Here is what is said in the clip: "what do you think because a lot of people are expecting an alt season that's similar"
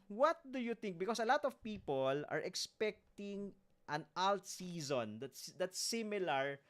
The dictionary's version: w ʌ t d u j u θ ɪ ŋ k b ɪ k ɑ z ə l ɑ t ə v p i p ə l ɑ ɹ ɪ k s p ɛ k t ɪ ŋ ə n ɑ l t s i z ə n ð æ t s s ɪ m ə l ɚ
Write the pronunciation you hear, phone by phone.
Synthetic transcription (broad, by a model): w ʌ t d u j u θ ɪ ŋ k b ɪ k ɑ s ə l ɑ t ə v p i p ə l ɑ ɹ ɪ k s p ɛ k t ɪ ŋ ə n ɑ l t s i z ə n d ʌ t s s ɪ m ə l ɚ